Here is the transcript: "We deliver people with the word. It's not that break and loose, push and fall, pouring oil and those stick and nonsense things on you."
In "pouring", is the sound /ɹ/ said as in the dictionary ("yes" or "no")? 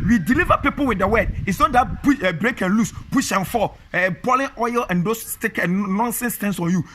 no